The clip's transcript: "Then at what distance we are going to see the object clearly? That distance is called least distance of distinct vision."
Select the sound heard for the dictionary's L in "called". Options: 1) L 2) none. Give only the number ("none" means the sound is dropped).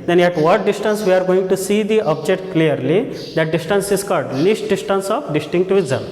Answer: 2